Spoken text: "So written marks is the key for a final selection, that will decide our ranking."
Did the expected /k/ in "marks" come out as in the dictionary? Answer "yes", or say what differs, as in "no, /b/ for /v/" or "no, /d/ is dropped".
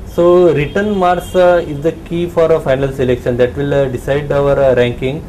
no, /k/ is dropped